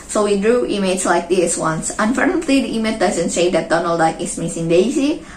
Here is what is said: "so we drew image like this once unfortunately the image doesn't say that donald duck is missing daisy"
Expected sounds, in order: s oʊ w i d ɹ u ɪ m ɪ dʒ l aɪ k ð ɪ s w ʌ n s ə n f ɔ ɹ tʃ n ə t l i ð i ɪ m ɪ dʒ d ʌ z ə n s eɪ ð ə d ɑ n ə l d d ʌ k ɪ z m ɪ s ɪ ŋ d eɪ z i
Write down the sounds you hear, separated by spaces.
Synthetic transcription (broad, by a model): s oʊ w i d ɹ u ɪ m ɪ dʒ l aɪ k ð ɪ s w ʌ n s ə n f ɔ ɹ n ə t l i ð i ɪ m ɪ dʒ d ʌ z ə n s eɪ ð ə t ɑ n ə l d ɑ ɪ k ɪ s m ɪ s ɪ ŋ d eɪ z i